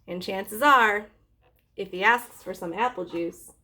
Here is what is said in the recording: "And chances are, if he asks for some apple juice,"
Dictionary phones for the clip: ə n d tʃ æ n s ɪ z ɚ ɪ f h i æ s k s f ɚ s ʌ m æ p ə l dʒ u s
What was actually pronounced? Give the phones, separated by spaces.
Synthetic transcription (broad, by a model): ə n tʃ æ n s ɪ z ɚ ɪ f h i æ s k s f ɚ s ʌ m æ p l dʒ u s